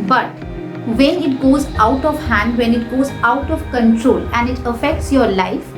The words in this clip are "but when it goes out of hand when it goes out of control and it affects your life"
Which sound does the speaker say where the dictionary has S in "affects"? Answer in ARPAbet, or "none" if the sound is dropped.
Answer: S